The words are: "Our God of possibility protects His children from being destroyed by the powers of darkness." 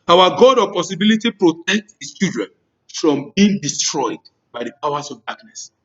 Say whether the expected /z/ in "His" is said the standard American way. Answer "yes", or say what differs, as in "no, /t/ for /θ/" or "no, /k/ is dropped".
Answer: no, /s/ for /z/